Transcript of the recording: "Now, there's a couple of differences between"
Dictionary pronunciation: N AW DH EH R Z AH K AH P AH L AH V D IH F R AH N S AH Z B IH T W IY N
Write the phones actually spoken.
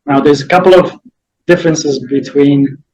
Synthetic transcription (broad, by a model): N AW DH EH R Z AH K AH P L AH V D IH F R AH N S AH Z B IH T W IY N